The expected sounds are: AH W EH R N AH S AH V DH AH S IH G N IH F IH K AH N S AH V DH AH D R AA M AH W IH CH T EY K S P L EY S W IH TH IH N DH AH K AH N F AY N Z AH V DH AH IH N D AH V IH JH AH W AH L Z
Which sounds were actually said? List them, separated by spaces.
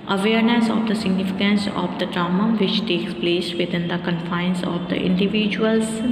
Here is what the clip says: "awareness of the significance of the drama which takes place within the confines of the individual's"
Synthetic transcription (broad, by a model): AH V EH R N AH S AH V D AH S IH G N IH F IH K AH N S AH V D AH D R AA M AH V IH CH T EY K S P L EY S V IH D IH N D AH K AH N F AY N S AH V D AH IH N D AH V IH JH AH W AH L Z